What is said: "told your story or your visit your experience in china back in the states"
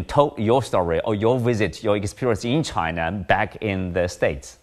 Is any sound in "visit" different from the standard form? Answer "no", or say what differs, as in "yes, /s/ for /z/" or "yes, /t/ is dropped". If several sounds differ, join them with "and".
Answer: no